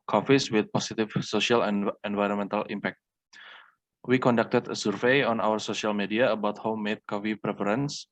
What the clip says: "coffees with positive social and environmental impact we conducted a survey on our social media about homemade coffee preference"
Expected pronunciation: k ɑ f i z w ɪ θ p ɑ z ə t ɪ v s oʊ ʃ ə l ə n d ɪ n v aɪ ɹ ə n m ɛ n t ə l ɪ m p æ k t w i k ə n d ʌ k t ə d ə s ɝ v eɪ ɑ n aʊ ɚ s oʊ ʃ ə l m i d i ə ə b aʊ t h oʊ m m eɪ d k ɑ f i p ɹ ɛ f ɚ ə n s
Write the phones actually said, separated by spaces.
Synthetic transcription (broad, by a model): k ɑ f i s w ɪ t p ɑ s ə t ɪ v s oʊ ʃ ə l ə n ɪ n v aɪ ɹ ə n m ɛ n t ə l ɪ m p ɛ k t w i k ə n d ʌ k t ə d ə s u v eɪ ɑ n aʊ ɚ s oʊ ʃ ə l m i d i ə ə b aʊ t h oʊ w m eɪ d k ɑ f i p ɹ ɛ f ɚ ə n s